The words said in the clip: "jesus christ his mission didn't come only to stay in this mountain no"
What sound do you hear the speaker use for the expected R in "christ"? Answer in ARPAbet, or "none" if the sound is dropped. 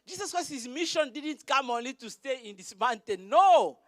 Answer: none